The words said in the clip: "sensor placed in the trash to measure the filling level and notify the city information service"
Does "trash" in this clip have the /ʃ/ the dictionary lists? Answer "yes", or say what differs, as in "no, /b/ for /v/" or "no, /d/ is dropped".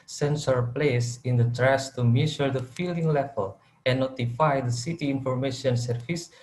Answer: no, /s/ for /ʃ/